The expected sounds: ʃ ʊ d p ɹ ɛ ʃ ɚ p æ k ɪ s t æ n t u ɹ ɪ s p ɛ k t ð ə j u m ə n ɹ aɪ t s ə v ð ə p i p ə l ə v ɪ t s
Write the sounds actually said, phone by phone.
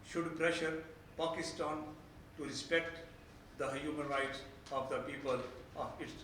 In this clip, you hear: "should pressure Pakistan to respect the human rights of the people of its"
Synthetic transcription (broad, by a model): ʃ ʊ d p ɹ ɛ ʃ ɚ p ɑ k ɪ s t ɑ n t u ɹ ɪ s p ɛ k t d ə j u m ə n ɹ aɪ t s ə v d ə p i p ə l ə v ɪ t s